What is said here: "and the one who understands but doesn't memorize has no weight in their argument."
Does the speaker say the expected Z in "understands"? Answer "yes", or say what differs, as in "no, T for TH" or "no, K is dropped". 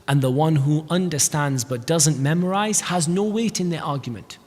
yes